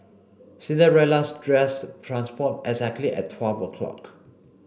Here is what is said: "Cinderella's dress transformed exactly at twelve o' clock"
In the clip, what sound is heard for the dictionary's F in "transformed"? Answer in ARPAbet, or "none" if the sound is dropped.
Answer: P